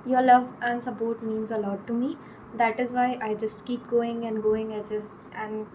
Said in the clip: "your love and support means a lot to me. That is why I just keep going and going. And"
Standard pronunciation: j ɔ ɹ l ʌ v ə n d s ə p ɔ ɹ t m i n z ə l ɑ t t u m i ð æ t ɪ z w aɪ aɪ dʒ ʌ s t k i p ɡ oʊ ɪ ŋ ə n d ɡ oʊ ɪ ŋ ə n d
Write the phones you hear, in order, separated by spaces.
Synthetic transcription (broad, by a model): j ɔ ɹ l ʌ v ə n d s ə p ɔ ɹ t m i n z ə l ɑ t t u m i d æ t ɪ z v aɪ aɪ dʒ ʌ s t k i p ɡ oʊ ɪ ŋ ə n d ɡ oʊ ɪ ŋ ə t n